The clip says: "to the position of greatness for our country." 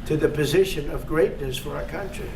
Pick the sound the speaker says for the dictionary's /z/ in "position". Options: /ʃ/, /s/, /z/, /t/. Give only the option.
/z/